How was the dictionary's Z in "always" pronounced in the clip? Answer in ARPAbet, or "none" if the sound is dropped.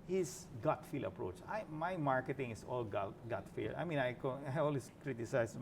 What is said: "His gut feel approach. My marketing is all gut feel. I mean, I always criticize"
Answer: S